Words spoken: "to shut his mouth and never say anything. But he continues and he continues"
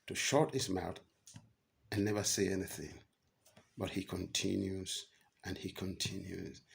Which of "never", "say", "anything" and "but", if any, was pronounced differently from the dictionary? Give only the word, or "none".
none